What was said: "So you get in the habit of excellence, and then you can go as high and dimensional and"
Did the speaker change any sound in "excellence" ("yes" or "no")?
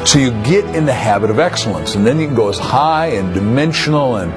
no